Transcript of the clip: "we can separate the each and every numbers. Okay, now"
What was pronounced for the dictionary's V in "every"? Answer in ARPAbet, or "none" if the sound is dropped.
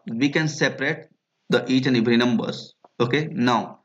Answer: B